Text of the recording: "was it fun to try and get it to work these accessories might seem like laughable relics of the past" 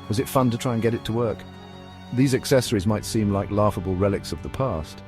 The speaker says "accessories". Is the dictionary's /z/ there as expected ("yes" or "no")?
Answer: yes